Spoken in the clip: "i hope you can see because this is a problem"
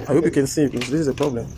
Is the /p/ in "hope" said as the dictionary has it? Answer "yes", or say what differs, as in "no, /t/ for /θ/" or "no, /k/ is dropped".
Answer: yes